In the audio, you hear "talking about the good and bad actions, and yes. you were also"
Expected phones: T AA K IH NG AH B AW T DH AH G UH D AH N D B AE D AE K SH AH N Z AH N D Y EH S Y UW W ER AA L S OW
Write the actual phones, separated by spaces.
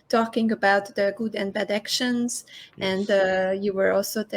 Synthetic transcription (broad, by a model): T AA K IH NG AH B AW T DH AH G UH D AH N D B AE D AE K SH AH N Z AH N D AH Y UW W ER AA L S OW